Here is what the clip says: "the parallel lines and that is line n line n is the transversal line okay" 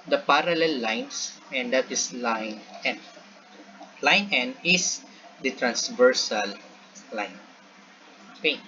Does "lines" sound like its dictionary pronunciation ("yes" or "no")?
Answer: no